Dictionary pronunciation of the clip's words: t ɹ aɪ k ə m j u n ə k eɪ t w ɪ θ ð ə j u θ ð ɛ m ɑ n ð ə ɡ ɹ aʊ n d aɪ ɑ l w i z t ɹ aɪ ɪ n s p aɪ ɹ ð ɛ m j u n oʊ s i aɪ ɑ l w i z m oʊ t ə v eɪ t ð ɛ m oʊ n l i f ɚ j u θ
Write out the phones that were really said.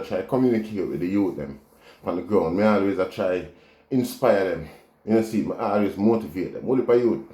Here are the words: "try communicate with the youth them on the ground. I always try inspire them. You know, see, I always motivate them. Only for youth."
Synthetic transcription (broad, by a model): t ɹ aɪ k ə m j u n ə k eɪ t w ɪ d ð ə j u t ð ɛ m ɑ n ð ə ɡ ɹ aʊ n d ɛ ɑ l w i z t ɹ aɪ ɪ n s p aɪ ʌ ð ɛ m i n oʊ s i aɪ ɑ l w i z m oʊ t ə v eɪ t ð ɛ m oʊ l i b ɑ j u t